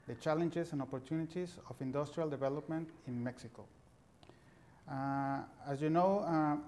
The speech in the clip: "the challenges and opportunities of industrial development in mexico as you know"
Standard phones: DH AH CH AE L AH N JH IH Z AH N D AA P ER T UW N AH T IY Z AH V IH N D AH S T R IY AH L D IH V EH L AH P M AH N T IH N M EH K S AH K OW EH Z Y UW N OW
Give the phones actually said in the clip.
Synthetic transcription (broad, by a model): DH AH CH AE L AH N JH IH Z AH N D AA P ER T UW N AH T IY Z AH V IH N D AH S T R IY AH L D IH V EH L AH P M AH N T IH N M EH K S AH K OW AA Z Y UW N OW